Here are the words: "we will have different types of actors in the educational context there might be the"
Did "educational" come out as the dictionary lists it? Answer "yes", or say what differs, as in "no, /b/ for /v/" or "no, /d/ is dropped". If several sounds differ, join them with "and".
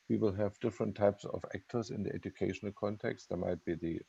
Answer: yes